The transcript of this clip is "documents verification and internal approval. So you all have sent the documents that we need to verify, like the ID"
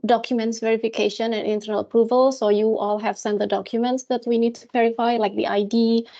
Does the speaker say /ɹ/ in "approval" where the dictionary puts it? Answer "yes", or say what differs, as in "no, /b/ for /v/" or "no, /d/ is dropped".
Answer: yes